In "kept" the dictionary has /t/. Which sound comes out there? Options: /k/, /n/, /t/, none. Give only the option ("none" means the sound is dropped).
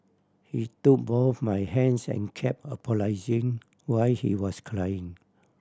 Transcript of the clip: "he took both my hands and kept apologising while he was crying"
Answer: none